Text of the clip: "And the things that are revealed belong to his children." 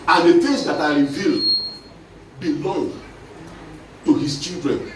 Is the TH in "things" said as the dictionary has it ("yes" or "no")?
no